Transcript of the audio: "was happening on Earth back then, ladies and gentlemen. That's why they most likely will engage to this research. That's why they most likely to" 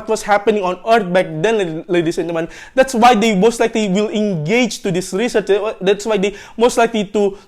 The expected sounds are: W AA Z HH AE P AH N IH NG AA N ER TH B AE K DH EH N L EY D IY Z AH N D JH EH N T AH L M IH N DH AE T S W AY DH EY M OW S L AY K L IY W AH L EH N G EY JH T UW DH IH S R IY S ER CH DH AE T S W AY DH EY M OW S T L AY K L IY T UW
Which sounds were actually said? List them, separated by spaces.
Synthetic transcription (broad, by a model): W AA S HH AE P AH N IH NG AA N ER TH B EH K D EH N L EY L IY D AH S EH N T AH M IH N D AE T S W AY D EY M OW S L AY K L IY W AH L EH N G EY JH T UW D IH S R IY S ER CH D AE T S W AY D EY M OW S T L AY K L IY T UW